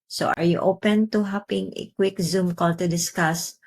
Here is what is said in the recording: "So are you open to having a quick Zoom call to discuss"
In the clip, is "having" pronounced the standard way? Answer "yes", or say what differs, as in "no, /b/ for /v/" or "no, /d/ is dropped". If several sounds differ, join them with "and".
no, /p/ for /v/